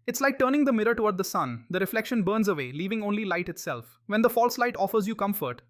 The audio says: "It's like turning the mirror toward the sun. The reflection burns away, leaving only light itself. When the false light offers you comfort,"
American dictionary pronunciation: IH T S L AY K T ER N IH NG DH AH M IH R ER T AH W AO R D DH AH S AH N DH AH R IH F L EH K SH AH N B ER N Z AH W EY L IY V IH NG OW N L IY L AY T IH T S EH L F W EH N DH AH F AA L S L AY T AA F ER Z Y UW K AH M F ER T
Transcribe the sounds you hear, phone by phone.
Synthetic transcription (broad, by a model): IH T S L AY K T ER N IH NG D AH M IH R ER T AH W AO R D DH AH S AH N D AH R IH F L EH K SH AH N B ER N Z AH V EY L IY V IH NG OW N L IY L AY T IH T S EH L F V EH N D AH F AA L S L AY T AA F ER Z Y UW K AH M F ER T